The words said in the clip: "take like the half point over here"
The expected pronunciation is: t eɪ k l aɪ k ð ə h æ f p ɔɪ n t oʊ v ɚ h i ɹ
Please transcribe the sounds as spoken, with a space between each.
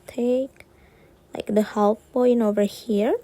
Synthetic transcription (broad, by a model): t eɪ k l aɪ k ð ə h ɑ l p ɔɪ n oʊ v ɚ h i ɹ